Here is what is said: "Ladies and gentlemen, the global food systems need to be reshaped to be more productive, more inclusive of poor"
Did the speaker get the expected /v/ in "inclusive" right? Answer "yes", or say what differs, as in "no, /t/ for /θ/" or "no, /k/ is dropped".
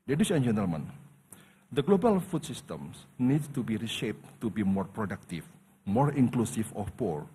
no, /f/ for /v/